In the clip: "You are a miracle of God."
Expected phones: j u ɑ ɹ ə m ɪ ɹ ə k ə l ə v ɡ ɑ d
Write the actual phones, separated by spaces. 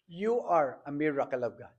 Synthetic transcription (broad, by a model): j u ɑ ɹ ə m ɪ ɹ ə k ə l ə b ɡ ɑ